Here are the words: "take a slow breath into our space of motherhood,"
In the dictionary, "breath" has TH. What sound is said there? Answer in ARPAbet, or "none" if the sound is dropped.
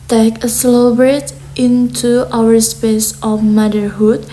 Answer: T